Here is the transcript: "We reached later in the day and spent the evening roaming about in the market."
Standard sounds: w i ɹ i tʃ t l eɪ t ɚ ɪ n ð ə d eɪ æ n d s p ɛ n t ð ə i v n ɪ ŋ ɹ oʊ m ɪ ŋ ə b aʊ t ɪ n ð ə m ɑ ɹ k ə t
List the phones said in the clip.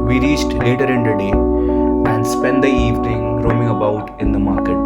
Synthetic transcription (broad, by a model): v i ɹ i tʃ t l eɪ t ɚ ɪ n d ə d eɪ æ n d s p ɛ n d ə i v n ɪ ŋ ɹ oʊ m ɪ ŋ ə b aʊ t ɪ n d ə m ɑ ɹ k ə t